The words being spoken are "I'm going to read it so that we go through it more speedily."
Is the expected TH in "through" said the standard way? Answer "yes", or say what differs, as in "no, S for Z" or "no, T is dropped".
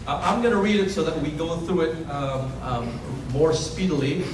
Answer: yes